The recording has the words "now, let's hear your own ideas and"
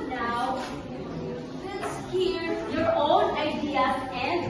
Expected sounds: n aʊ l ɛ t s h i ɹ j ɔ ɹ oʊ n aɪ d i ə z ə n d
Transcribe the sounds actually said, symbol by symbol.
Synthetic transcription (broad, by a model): n aʊ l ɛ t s h i ɹ j ɔ ɹ oʊ n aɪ d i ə ə n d